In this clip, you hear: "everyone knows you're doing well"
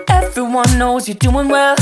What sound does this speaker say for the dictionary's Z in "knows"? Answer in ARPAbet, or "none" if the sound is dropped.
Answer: Z